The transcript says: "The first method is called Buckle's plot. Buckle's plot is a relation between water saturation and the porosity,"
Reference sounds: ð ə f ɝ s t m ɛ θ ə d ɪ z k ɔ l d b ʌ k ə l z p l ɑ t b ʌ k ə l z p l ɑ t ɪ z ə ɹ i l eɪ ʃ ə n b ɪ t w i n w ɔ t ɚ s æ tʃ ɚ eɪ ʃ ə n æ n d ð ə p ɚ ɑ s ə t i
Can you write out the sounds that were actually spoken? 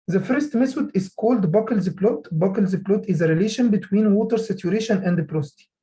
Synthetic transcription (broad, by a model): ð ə f ɝ s t m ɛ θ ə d ɪ z k ɔ l d b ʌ k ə l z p l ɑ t b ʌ k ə l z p l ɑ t ɪ z ə ɹ i l eɪ ʃ ə n b ɪ t w i n w ɔ t ɚ s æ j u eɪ ʃ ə n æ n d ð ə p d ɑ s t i